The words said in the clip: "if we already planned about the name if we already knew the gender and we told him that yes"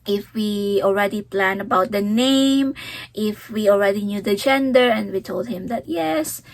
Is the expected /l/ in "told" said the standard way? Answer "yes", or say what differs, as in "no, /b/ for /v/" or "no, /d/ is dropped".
yes